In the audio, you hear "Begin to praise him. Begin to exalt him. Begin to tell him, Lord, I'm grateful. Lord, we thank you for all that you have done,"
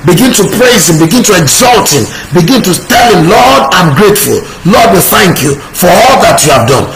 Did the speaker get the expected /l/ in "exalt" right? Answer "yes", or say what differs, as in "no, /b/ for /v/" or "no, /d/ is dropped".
yes